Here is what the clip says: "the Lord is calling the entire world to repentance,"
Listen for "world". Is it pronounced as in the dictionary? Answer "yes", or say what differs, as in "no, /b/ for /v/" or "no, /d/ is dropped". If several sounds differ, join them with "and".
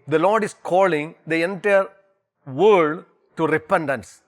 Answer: no, /l/ is dropped